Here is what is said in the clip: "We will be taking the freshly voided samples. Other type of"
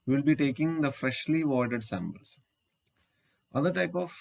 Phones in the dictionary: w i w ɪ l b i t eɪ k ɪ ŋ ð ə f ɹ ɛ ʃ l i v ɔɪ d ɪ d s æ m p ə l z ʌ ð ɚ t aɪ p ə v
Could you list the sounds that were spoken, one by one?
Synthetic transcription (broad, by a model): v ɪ l b i t eɪ k ɪ ŋ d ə f ɹ ɛ ʃ l i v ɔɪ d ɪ d s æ m b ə l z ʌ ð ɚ t aɪ p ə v